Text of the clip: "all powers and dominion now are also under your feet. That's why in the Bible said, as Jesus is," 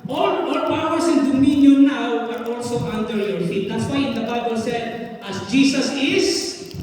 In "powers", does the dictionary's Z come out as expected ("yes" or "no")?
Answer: no